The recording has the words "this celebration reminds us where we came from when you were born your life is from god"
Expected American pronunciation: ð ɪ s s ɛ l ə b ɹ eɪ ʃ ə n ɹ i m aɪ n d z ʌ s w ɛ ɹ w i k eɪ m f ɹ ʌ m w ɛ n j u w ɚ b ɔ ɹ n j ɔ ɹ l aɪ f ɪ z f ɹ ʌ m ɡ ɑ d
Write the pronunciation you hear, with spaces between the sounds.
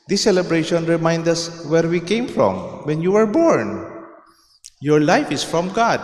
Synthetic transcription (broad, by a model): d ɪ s s ɛ l ə b ɹ eɪ ʃ ə n ɹ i m aɪ n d ʌ s w ɛ ɹ w i k eɪ m f ɹ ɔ m w ɛ n j u w ɚ b ɔ ɹ n j ɔ ɹ l aɪ f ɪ s f ɹ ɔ m ɡ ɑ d